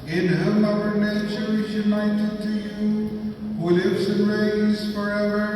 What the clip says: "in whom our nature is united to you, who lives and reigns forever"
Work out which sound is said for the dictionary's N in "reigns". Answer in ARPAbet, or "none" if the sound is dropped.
none